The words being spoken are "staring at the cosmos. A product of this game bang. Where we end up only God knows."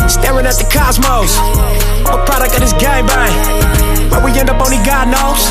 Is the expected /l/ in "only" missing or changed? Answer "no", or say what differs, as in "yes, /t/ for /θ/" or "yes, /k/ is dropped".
yes, /l/ is dropped